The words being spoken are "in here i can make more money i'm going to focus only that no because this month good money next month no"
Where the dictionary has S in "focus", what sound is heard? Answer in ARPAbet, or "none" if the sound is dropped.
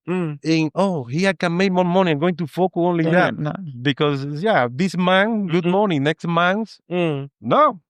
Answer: none